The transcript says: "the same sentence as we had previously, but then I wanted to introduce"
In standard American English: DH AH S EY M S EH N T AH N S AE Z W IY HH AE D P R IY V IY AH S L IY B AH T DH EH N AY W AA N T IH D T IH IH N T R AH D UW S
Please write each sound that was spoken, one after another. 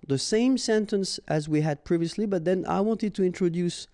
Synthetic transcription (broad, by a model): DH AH S EY M S EH N T AH N S AE Z W IY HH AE D P R IY V IY AH S L IY B AH T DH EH N AY W AA N T IH D T IH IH N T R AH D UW S